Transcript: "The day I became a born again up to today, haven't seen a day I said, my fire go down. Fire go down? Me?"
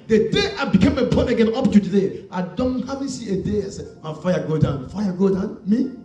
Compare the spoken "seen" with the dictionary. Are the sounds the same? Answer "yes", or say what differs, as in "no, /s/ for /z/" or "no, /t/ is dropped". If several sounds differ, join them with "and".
no, /n/ is dropped